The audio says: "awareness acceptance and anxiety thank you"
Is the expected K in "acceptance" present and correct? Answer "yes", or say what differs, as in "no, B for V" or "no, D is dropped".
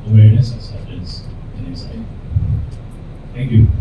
no, K is dropped